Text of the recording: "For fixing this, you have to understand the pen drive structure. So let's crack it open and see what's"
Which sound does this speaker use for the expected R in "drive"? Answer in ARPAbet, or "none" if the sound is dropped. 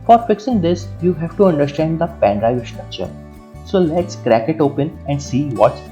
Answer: R